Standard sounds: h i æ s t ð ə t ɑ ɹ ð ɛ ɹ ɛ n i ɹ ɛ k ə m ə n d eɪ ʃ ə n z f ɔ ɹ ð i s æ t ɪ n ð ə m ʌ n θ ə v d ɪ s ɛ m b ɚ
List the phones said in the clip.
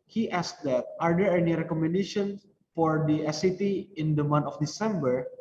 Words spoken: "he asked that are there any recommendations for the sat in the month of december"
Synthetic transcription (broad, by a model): h i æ s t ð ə t ɑ ɹ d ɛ ɹ ɛ n i ɹ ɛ k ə m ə n d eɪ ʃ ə n f ɔ ɹ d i s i t ɪ n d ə m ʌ n t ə f d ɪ s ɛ m b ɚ